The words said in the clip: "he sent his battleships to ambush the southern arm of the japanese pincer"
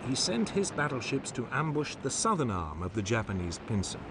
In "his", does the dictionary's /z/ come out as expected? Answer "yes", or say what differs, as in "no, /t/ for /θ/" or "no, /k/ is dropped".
yes